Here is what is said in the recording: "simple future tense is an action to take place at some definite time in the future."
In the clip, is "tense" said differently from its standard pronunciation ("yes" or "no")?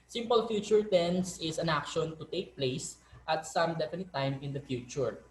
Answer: no